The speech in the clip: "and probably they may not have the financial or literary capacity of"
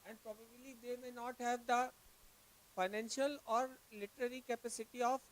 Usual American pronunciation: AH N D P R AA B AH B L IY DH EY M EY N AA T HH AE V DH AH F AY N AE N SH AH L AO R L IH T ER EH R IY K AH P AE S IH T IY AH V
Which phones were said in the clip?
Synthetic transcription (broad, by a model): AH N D P R AA B AH B L IY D EY M EY N AA T HH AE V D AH F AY N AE N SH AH L AO R L IH T ER EH R IY K AH P AE S IH T IY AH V